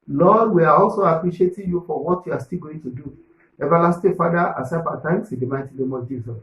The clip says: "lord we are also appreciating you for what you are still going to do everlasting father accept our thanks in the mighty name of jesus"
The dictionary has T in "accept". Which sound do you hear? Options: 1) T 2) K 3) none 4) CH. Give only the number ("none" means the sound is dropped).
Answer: 3